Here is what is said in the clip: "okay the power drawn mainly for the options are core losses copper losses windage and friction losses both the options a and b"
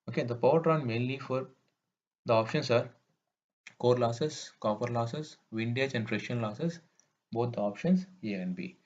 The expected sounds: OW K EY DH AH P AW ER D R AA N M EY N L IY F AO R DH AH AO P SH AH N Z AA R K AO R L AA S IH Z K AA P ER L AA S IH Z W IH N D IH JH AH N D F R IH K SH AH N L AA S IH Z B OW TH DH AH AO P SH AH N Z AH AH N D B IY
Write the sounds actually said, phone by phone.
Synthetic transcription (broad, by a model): OW K EY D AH P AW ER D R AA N M EY N L IY F AO R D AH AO P SH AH N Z AA R K AO R L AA S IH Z K AA P ER L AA S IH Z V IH N D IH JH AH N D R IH SH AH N L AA S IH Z B OW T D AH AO P SH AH N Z AH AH N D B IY